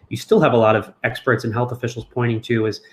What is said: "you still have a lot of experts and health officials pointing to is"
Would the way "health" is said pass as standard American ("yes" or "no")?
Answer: yes